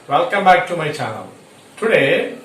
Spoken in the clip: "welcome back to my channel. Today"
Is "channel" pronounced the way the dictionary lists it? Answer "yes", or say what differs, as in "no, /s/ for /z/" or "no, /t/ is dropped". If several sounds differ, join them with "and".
no, /w/ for /l/